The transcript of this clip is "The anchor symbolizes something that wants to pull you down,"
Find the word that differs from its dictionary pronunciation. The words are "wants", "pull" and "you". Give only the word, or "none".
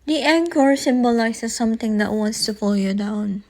pull